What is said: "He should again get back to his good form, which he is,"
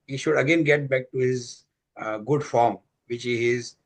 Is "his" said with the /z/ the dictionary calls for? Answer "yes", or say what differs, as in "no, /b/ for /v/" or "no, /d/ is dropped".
yes